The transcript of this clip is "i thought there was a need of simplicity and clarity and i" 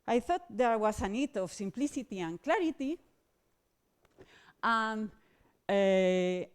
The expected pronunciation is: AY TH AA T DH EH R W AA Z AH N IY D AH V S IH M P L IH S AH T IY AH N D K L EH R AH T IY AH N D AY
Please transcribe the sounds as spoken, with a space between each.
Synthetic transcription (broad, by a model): AY TH AA T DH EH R W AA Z AH N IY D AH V S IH M P L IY S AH T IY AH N K L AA R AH T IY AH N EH